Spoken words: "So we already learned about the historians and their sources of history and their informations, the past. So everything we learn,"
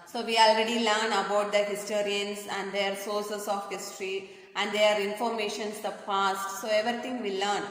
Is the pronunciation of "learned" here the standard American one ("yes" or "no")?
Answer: no